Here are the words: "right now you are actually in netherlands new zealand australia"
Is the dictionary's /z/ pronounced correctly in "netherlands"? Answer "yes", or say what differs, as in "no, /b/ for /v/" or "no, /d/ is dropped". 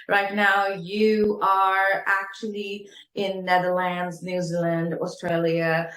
yes